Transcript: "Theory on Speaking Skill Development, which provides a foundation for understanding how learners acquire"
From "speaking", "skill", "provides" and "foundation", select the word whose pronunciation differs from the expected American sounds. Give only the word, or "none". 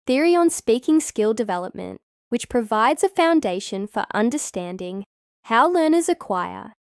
none